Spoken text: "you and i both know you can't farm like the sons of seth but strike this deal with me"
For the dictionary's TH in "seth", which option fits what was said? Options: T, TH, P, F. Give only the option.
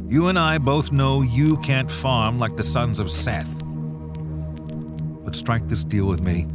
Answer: TH